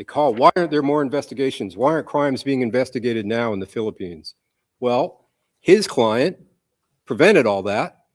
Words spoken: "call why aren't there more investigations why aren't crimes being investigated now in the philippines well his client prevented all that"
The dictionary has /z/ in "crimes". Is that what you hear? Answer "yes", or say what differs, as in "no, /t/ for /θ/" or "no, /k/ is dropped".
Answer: yes